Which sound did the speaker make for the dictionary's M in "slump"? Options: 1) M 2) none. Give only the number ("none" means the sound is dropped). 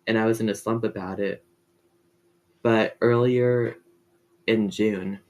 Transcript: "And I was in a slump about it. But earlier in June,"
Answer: 1